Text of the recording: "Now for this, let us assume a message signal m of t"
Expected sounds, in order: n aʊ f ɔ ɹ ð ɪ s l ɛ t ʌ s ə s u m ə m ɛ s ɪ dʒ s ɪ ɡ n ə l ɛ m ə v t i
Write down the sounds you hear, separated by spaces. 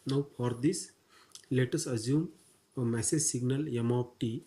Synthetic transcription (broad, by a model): n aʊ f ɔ ɹ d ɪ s l ɛ t ʌ s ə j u m ə m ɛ s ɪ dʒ s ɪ ɡ n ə l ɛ m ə p t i